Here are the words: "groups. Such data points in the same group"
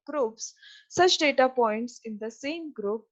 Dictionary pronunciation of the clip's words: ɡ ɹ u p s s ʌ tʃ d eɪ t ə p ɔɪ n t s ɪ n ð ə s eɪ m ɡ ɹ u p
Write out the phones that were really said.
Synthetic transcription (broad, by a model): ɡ ɹ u p s s ʌ tʃ d eɪ t ə p ɔɪ n t s ɪ n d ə s eɪ m ɡ ɹ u p